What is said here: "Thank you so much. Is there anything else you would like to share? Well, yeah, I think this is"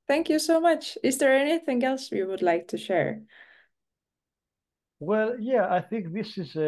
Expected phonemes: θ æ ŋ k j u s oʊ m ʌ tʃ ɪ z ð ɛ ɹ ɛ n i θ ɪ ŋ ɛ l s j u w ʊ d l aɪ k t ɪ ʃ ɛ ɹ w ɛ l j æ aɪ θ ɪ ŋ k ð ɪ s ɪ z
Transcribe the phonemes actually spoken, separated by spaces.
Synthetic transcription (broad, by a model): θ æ ŋ k j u s oʊ m ʌ tʃ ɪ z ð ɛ ɹ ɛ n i θ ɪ ŋ ɛ l s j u w ʊ d l aɪ k t ɪ ʃ ɛ ɹ w ɛ l j æ aɪ θ ɪ ŋ k ð ɪ s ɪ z